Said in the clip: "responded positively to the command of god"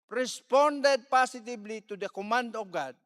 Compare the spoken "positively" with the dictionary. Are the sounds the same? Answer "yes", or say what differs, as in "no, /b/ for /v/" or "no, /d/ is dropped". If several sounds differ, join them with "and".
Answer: no, /s/ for /z/ and /b/ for /v/